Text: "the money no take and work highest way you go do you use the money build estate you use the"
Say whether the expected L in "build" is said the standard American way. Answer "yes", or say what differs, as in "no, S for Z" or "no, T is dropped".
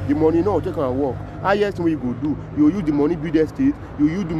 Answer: no, L is dropped